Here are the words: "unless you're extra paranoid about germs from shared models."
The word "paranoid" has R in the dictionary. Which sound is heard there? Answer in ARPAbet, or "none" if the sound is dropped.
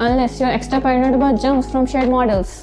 none